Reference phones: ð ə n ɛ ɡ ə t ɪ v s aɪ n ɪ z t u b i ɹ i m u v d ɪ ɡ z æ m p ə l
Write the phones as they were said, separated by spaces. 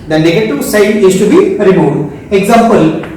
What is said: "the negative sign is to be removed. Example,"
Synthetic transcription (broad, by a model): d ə n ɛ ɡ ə t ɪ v s aɪ n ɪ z t u b i ɹ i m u d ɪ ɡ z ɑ m p ə l